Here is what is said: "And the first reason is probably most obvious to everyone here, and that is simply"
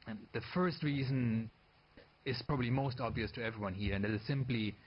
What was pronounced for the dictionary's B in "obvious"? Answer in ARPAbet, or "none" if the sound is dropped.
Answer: B